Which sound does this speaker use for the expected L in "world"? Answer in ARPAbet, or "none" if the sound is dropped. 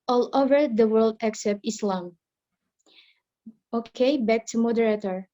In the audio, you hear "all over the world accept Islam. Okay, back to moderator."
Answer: L